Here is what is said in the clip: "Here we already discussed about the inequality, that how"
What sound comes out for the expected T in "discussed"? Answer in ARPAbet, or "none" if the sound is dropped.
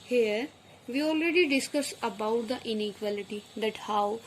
none